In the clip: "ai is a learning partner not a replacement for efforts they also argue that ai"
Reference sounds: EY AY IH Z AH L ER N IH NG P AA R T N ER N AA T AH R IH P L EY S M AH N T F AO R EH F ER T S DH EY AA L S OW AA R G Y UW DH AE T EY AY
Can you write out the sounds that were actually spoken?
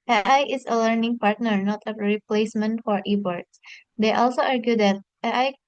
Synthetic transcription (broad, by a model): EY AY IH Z AH L ER N IH NG P AA R T N ER N AA T AH R IH P L EY S M AH N T F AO R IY P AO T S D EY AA L S OW AA R G Y UW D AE T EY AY